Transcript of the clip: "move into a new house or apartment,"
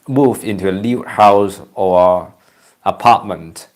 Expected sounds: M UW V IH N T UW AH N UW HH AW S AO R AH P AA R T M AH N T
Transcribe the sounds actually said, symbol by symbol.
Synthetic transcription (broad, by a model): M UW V IH N T UW AH L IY HH AW S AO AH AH P AA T M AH N T